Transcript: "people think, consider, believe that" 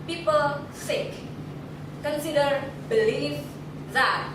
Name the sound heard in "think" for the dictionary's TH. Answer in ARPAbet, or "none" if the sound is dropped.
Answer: S